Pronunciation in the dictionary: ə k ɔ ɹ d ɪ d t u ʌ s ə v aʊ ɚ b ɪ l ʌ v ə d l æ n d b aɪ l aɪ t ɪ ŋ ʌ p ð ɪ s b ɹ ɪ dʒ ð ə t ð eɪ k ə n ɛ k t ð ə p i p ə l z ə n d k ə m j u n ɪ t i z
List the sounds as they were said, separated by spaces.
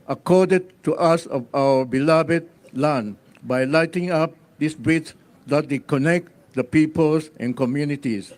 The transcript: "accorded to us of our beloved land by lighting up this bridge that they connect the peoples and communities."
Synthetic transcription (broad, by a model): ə k ɔ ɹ d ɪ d t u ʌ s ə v aʊ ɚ b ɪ l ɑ b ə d l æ n b aɪ l aɪ t ɪ ŋ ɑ p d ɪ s b ɹ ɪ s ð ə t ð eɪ k ə n ɛ k t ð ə p i p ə l s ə n k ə m j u n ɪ t i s